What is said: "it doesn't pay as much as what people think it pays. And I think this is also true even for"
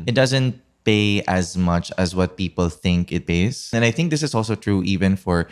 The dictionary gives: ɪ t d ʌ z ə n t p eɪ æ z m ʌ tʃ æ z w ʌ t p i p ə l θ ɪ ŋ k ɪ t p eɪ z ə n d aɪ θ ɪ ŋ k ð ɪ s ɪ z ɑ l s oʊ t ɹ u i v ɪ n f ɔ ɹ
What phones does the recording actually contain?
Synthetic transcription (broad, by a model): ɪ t d ʌ z ə n t p eɪ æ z m ʌ tʃ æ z w ʌ t p i p ə l θ ɪ ŋ k ɪ t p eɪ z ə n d aɪ θ ɪ ŋ k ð ɪ s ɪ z ɑ l s oʊ t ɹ u i v ɪ n f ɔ ɹ